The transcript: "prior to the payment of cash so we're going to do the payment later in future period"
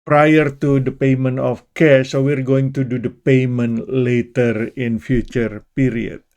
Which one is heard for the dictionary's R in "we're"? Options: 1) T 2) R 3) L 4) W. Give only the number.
2